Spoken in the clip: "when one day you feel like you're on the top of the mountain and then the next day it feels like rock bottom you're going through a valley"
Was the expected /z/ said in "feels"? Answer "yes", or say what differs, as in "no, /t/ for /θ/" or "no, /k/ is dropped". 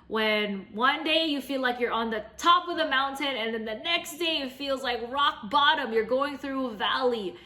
yes